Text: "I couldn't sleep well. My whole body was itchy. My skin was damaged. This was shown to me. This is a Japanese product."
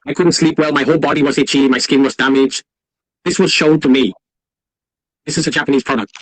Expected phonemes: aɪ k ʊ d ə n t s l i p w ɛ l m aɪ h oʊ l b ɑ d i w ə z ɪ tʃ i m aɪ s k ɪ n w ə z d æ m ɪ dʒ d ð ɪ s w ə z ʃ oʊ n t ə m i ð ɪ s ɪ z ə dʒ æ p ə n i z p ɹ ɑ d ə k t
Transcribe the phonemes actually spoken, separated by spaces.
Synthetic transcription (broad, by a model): aɪ k ʊ d n t s l i p w ɛ l m aɪ h oʊ l b ɑ d i w ə z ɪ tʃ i m aɪ s k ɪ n w ə z d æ m ɪ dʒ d ð ɪ s w ə z ʃ oʊ n t ə m i ð ɪ s ɪ z ə dʒ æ p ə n i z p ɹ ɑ d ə k t